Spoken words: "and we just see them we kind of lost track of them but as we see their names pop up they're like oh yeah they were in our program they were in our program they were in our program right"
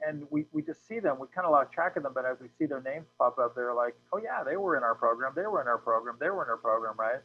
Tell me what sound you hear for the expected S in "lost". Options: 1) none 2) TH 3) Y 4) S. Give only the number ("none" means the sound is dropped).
1